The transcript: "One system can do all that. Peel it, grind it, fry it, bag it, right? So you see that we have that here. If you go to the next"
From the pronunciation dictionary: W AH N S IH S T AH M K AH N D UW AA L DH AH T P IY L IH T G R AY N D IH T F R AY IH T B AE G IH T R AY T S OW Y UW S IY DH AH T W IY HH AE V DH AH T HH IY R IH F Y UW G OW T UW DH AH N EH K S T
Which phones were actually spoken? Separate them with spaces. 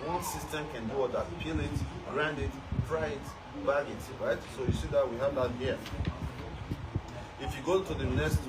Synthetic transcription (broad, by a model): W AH N S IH S T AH M K AH N D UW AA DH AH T P IY L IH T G R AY N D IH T P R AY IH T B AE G IH T R AY T S OW Y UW S IY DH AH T W IY HH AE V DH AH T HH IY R IH F Y UW G OW T UW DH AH N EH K S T